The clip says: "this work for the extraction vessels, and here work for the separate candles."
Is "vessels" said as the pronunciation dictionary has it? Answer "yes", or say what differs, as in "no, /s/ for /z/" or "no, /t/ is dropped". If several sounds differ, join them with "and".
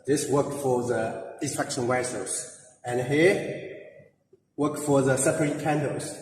no, /w/ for /v/